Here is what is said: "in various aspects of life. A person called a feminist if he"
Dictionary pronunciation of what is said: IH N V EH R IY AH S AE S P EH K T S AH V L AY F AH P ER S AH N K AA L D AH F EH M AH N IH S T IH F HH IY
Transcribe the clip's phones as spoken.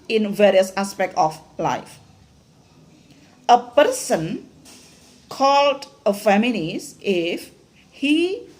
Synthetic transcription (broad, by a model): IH N V EH R IY AH S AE S P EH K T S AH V L AY F AH P ER S AH N K AA L D AH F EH M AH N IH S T IH F HH IY